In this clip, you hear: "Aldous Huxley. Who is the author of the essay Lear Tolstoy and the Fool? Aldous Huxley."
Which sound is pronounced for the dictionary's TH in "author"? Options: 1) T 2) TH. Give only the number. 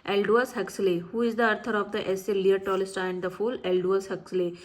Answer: 1